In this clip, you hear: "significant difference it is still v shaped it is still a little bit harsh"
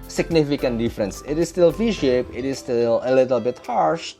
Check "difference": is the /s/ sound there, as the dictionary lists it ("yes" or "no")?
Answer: yes